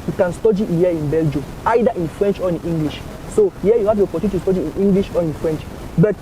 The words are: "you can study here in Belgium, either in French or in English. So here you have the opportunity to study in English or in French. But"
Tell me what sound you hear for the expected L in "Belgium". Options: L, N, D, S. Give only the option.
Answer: L